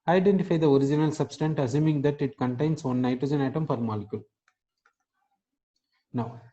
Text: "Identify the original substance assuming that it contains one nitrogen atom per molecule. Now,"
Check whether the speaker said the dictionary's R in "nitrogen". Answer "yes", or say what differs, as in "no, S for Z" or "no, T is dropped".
yes